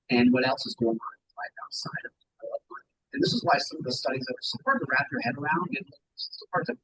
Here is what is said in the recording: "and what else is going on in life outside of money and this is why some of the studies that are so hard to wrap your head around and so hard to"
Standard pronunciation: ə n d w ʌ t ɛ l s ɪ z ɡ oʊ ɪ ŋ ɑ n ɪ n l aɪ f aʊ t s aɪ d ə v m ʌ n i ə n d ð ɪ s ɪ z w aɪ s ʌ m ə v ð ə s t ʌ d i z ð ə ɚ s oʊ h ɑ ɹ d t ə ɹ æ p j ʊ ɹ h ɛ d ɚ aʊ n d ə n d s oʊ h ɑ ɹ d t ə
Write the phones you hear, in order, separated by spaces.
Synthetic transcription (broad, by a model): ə n w ʌ t ɛ l s ɪ z ɡ oʊ ɪ ŋ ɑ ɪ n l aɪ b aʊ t s aɪ d ə v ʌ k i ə n ð ɪ s ɪ z w aɪ s ʌ m ə v ð ə s t ʌ d i z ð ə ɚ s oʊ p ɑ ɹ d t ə ɹ æ p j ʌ ɹ h ɛ d ɚ aʊ n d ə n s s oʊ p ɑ ɹ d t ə